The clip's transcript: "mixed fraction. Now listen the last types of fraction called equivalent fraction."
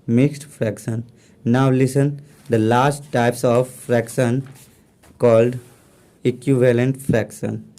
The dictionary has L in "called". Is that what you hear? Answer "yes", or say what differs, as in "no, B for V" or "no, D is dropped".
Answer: yes